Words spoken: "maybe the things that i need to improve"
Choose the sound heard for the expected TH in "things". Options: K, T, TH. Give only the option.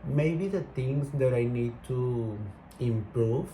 T